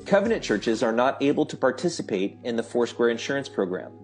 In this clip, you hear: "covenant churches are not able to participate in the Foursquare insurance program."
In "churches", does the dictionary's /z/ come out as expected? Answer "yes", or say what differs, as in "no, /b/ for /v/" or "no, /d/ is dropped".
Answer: yes